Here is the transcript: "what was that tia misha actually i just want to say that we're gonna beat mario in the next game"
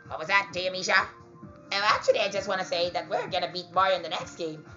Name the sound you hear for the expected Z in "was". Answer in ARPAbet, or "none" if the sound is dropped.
Z